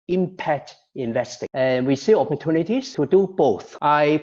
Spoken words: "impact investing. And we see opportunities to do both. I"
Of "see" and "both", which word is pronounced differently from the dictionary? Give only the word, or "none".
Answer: none